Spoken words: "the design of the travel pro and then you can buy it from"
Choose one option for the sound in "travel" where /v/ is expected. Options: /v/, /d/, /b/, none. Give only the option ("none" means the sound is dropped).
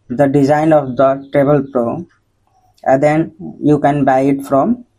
/b/